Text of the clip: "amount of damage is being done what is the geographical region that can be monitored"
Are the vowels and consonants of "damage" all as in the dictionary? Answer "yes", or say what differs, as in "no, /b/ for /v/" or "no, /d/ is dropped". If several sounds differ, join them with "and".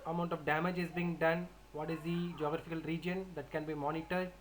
yes